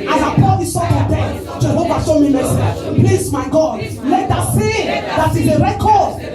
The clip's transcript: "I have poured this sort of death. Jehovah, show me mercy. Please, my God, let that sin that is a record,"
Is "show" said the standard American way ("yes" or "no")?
no